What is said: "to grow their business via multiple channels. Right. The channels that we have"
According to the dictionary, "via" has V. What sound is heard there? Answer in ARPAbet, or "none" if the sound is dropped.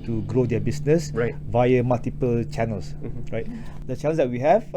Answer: V